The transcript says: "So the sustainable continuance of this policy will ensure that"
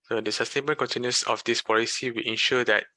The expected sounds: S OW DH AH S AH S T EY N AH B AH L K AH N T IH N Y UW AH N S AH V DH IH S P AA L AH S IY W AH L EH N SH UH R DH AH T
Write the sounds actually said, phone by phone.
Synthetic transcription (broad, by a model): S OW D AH S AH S T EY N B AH N K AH N T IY N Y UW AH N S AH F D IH S P AA L AH S IY W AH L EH N SH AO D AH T